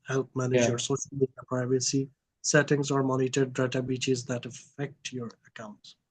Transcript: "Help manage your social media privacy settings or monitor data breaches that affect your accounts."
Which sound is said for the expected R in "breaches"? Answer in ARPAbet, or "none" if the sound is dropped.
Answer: none